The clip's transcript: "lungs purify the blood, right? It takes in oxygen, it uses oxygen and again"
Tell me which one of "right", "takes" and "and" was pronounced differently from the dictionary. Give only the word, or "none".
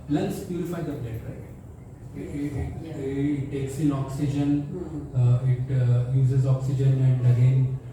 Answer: right